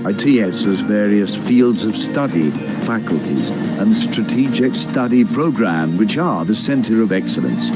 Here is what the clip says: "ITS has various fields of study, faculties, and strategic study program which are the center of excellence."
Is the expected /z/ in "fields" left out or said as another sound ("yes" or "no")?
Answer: no